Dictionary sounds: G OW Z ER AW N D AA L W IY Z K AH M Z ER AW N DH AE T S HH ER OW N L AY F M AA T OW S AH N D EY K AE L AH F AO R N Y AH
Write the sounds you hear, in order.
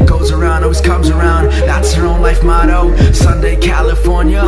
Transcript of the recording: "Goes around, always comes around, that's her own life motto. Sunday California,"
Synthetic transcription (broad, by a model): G OW Z ER AW N D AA W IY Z K AH M Z ER AW N DH AE T S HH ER OW N L AY F M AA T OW S AH N D EY K AE L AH F AO R N Y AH